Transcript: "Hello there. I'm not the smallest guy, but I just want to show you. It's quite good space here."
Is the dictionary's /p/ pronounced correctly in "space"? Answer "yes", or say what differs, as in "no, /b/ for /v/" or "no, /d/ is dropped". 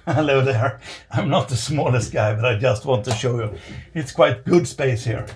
yes